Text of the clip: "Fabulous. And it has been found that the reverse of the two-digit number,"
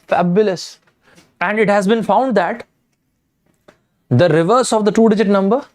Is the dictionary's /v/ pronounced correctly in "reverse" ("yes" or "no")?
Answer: yes